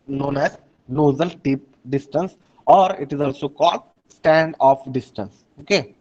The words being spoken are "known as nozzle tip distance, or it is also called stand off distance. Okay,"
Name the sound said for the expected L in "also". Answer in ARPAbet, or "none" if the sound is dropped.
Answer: L